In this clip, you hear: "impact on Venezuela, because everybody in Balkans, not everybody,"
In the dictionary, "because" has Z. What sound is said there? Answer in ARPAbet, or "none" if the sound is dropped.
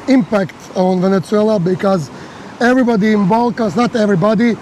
Z